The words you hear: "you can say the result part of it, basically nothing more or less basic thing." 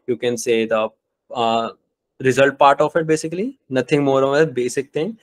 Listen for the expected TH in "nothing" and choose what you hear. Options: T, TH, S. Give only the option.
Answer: T